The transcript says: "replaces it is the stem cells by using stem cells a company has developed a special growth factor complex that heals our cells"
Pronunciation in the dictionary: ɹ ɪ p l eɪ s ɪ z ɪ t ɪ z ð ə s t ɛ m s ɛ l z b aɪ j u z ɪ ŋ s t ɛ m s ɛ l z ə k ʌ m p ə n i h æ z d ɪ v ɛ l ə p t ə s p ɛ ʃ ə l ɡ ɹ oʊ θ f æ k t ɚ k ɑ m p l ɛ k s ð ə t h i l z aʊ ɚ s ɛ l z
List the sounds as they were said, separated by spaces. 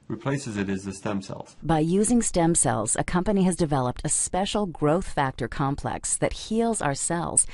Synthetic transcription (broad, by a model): ɹ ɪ p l eɪ s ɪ z ɪ t ɪ z ð ə s t ɛ m s ɛ l z b aɪ j u z ɪ ŋ s t ɛ m s ɛ l z ə k ʌ m p ə n i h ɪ z d ɪ v ɛ l ə p t ə s p ɛ ʃ l ɡ ɹ oʊ θ f æ k t ɚ k ɑ m p l ɛ k s ð ə t h i l z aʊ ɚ s ɛ l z